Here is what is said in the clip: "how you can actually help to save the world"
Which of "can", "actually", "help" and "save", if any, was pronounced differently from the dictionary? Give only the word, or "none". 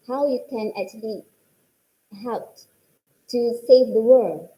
none